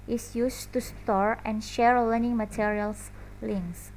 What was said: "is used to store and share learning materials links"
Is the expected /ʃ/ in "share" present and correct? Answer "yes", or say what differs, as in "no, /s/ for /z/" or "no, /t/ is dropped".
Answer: yes